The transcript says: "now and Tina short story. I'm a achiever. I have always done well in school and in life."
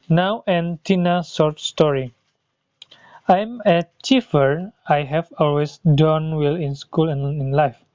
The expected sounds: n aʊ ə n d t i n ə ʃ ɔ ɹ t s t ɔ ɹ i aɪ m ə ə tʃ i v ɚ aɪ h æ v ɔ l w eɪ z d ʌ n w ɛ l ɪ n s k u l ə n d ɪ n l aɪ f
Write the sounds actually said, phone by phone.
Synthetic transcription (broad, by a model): n aʊ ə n t i n ə s ɔ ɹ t s t ɔ ɹ i aɪ m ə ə tʃ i f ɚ aɪ h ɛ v ɔ l w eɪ s d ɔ n w ɛ l ɪ n s k u l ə n ɪ n l aɪ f